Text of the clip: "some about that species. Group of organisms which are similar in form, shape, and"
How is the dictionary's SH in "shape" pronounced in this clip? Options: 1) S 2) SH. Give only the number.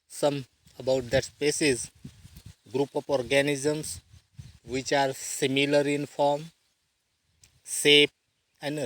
1